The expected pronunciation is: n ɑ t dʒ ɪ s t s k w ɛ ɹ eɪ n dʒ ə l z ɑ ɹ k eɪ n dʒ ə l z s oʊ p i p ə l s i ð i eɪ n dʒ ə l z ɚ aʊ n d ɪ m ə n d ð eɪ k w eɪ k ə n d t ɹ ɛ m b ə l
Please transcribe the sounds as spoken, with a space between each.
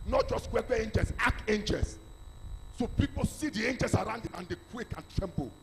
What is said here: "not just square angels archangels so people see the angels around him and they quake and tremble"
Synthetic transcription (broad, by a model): n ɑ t dʒ ɪ s t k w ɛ w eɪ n dʒ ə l s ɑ k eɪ n dʒ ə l s oʊ p i p ə l s i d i eɪ n dʒ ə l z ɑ aʊ n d ɪ m ə n d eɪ k w eɪ k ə n t ɹ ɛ m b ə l